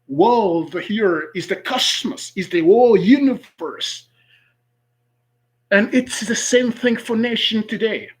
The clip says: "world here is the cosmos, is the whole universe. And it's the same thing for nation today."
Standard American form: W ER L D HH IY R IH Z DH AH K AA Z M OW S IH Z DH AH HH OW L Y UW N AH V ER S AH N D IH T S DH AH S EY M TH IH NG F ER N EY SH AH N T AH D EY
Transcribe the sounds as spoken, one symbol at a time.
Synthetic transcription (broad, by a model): W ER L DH HH IY R IH Z DH AH K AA S M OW S IH Z DH AH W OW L Y UW N AH V ER S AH N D IH T S DH AH S EY M TH IH NG F ER N EY SH AH N T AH D EY